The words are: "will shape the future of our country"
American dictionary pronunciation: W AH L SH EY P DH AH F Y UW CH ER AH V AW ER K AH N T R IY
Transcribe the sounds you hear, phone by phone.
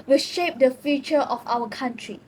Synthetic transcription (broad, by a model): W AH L SH EY P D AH F Y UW CH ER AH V AW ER K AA N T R IY